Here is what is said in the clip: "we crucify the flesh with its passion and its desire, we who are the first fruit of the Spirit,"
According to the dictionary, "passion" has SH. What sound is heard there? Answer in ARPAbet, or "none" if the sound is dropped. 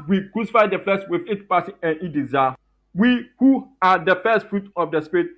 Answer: S